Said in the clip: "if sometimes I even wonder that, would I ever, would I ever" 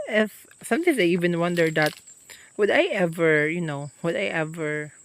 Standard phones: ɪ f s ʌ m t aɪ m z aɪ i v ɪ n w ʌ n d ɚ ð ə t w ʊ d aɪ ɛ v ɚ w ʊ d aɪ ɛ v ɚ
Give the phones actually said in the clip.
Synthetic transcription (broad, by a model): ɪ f s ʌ m t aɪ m s aɪ i v ɪ n w ʌ n d ɚ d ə t w ʊ d aɪ ɛ v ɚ w ʊ d aɪ ɛ v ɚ